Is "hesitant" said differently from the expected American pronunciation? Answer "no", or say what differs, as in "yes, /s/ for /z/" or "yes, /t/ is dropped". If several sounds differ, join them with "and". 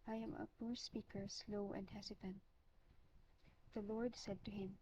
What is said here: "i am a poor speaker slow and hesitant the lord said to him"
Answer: yes, /s/ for /z/